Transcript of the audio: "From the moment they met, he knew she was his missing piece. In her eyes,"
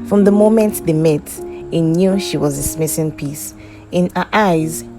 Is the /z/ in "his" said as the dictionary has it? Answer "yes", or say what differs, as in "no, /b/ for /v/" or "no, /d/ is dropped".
no, /s/ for /z/